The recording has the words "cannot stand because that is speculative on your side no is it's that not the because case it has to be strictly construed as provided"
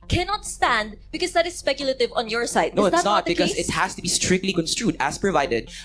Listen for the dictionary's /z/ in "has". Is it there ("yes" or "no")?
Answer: no